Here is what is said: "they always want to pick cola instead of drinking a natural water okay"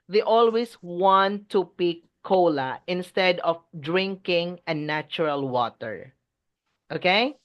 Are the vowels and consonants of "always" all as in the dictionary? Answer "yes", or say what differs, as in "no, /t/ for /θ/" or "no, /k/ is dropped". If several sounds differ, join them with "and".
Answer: no, /s/ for /z/